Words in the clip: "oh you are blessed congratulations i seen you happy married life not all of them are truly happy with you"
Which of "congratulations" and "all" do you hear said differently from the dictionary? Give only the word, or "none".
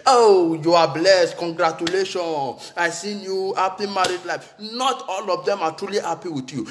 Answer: congratulations